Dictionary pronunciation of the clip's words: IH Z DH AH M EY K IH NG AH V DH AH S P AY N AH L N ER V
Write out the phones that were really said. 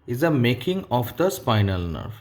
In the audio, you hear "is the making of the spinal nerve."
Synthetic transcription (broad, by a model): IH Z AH M EY K IH NG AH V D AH S P AY N AH L N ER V